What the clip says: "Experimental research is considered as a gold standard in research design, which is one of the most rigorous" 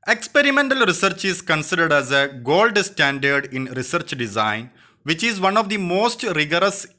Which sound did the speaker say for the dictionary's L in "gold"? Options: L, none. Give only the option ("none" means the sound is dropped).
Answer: L